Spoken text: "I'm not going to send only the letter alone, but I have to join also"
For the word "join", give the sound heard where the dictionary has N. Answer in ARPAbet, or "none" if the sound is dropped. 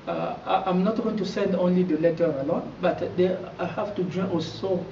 none